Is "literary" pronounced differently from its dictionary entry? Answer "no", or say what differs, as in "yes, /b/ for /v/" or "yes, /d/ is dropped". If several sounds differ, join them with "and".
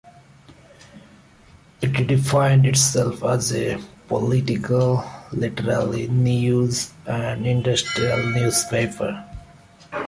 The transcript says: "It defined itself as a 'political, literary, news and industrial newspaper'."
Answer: yes, /l/ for /ɹ/